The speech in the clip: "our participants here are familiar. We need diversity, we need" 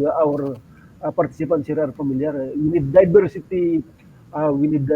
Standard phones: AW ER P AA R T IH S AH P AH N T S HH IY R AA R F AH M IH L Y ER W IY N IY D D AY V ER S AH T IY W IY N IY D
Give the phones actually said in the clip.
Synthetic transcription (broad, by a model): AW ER P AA R T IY S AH P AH N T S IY R AA R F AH M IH L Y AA W IY N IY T D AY B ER S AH T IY W IY N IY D